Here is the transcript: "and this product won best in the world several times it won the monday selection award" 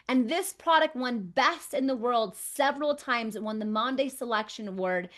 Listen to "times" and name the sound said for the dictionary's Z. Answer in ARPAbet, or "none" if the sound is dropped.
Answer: Z